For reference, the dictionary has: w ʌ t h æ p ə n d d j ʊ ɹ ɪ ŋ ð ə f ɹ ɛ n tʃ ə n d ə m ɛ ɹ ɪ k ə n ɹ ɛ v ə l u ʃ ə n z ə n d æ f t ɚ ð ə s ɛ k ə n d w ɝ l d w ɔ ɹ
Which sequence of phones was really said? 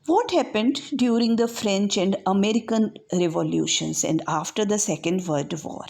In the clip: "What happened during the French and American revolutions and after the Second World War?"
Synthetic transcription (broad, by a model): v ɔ t h æ p ə n d d j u ɹ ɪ ŋ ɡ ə f ɹ ɛ n tʃ ə n d ə m ɛ ɹ ɪ k ə n ɹ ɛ v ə l u ʃ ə n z ə n d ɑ f t ɚ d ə s ɛ k ə n d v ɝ d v ɔ ɹ